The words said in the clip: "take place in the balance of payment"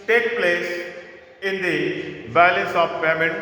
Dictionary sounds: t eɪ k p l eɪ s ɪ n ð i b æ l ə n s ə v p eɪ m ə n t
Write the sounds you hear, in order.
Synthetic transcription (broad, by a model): t eɪ k p l eɪ s ɪ n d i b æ l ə s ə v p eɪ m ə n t